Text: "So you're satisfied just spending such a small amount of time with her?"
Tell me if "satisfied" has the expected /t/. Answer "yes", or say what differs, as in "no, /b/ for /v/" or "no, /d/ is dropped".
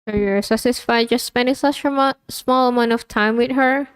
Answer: no, /s/ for /t/